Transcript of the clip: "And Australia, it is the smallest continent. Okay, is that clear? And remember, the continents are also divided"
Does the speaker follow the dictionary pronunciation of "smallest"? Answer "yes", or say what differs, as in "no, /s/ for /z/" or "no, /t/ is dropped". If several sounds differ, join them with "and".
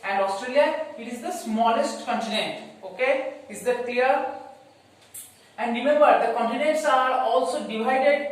yes